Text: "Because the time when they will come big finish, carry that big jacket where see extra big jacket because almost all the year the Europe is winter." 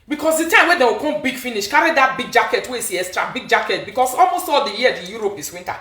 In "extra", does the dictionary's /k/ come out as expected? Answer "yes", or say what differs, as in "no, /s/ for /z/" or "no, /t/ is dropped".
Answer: no, /k/ is dropped